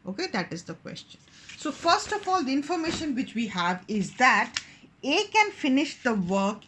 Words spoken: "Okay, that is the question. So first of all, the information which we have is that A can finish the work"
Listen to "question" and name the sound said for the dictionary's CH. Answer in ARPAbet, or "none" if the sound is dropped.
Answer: CH